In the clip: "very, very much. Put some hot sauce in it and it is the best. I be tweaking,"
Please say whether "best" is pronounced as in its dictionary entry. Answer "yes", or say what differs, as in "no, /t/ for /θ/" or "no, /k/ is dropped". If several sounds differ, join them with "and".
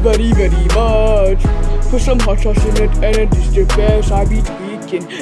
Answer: no, /t/ is dropped